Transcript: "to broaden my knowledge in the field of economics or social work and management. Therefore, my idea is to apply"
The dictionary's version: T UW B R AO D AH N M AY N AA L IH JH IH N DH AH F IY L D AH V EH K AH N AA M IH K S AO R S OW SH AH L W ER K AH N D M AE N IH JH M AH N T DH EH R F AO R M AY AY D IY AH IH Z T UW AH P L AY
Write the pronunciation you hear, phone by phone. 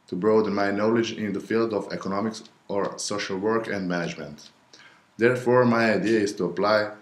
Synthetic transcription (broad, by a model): T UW B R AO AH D M AY N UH L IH JH IH N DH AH F IY L D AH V EH K AH N AA M IH K S AO R S OW SH AH L W ER K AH N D M AE N IH JH M AH N T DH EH R F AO R M AY AY D IY AH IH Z T UW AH P L AY